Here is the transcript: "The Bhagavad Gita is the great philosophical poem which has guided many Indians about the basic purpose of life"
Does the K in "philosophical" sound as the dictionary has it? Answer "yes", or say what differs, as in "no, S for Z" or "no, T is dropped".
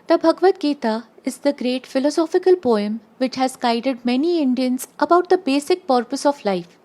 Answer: yes